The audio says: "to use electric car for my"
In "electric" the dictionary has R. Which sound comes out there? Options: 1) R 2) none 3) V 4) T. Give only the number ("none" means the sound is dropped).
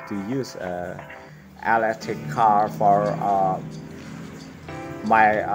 2